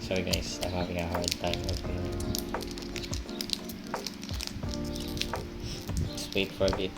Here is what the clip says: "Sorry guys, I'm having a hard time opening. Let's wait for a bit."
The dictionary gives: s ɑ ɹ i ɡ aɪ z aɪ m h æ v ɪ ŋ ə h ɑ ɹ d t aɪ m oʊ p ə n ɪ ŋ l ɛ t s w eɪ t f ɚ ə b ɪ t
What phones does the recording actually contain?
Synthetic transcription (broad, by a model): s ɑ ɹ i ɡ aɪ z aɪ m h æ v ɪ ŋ ə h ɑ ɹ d t aɪ m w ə ɪ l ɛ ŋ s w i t f ɚ ə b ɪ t